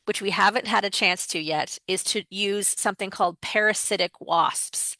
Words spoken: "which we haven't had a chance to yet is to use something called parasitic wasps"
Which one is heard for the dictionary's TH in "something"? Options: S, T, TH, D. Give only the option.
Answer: TH